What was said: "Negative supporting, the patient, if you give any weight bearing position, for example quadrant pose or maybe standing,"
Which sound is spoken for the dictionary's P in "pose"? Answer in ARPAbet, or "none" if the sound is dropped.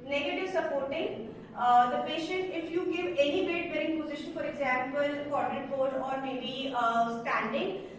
B